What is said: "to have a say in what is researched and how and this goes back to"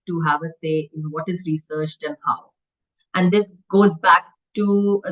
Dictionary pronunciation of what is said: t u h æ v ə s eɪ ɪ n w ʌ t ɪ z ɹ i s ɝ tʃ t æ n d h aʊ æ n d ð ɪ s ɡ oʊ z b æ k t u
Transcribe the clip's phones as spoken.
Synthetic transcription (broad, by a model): t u h æ v ə s eɪ ɪ n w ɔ t ɪ z ɹ i s ɝ tʃ t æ n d h aʊ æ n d ɪ s ɡ oʊ z b æ k t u